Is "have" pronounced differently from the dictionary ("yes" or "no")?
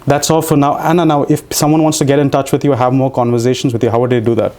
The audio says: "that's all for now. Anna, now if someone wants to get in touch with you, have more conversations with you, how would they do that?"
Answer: no